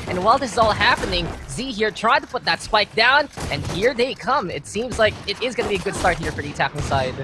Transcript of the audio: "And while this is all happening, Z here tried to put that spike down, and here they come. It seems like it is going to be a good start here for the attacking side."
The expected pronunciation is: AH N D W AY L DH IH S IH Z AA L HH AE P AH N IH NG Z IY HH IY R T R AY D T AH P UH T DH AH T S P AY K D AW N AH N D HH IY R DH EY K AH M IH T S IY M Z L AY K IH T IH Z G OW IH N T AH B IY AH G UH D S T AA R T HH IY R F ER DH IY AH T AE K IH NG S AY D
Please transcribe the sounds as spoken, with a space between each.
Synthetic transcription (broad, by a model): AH N W AY L DH IH S IH Z AA L HH AE P AH N IH NG Z IY HH IY R T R AY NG T AH P UH T DH AH T S P AY K D AW N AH N HH IY R DH EY K AH M IH T S IY M Z L AY K IH T IH Z G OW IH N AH B IY AH G UH D S T AA R T HH IY R F ER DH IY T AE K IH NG S AY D